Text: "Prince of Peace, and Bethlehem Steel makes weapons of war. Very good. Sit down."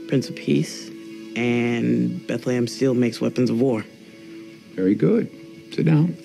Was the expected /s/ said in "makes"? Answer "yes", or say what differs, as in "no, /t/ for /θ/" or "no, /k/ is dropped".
yes